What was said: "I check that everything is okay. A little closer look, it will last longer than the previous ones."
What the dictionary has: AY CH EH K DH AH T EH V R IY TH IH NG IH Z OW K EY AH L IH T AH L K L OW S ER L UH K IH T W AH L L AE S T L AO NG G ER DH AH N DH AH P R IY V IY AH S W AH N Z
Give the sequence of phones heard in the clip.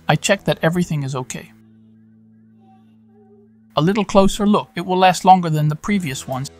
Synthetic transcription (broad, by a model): AY CH EH K DH AH T EH V R IY TH IH NG IH Z OW K EY AH L IH T L K L OW S ER L UH K IH T W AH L L AE S T L AO NG G ER DH AH N DH AH P R IY V IY AH S W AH N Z